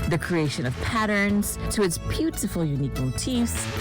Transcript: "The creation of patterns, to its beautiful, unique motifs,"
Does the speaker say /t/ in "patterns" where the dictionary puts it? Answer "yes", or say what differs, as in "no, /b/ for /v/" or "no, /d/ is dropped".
yes